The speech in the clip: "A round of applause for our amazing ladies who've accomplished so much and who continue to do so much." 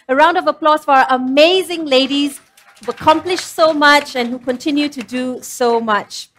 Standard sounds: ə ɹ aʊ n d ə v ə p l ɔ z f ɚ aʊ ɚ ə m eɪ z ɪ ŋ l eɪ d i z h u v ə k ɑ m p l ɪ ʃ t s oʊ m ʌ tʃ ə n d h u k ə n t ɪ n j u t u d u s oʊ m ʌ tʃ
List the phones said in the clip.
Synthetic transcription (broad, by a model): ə ɹ aʊ n d ə v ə p l ɔ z f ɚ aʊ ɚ ə m eɪ z ɪ ŋ l eɪ d i z h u ə k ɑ m p l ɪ ʃ s oʊ m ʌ tʃ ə n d h u k ə n t ɪ n j u t u d u s oʊ m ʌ tʃ